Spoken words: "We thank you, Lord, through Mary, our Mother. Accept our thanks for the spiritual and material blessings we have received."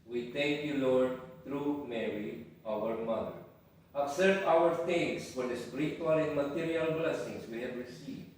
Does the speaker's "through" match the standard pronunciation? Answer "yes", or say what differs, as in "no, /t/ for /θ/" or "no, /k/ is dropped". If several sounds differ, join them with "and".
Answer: no, /t/ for /θ/